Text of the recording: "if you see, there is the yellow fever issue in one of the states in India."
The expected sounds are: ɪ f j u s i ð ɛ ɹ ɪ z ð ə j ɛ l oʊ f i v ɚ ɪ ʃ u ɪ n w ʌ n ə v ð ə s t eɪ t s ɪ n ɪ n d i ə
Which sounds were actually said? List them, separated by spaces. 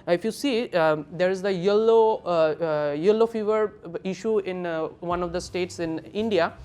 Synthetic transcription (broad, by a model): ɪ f j u s i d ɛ ɹ ɪ z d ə j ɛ l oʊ f i v ɚ ɪ ʃ u ɪ n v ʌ n ə v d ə s t eɪ t s ɪ n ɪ n d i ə